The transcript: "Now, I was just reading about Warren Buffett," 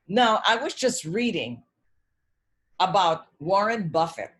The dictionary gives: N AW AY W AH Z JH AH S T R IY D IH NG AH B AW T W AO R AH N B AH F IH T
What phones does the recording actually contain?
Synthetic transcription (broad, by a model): N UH AY W AH Z JH AH S T R IY D IH NG AH B AW T W AO R AH N B AH F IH T